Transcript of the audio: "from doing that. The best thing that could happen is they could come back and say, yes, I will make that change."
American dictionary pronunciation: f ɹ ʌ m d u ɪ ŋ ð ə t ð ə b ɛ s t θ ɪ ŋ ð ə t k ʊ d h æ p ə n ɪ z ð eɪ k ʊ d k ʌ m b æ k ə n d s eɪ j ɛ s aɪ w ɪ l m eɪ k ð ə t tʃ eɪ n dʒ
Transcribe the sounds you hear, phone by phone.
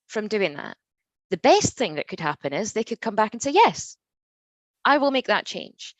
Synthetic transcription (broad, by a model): f ɹ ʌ m d u ɪ ŋ ð ə t ð ə b ɛ s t θ ɪ ŋ ð ə t k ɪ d h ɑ p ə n ɪ z ð eɪ k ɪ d k ʌ m b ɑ k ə n s eɪ j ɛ s aɪ w ɪ l m eɪ k ð ə t tʃ eɪ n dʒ